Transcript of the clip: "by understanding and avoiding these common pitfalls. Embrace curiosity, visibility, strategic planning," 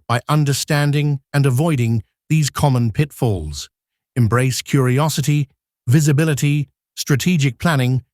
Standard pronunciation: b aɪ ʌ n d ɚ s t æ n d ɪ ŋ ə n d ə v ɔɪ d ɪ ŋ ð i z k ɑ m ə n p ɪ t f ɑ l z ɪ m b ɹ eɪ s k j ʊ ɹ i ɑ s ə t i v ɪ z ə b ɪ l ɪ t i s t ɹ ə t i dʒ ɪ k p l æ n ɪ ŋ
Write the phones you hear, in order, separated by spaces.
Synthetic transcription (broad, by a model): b aɪ ʌ n d ɚ s t æ n d ɪ ŋ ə n ə v ɔɪ d ɪ ŋ ð i z k ɑ m ə n p ɪ t f ɑ l z ɪ m b ɹ eɪ s k j ʊ ɹ i ɑ s ə t i v ɪ z ə b ɪ l ɪ t i s t ɹ ə t i dʒ ɪ k p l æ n ɪ ŋ